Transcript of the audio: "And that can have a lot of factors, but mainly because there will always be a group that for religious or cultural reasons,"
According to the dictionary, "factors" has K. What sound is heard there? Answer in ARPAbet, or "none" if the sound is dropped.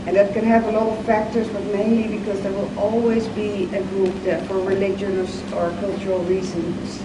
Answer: K